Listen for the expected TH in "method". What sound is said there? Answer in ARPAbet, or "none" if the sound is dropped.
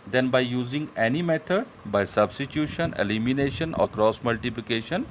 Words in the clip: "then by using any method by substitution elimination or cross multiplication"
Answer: T